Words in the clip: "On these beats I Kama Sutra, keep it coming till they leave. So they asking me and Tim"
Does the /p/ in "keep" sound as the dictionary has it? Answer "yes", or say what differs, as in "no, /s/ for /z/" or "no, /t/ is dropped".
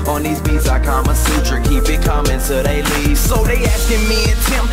no, /b/ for /p/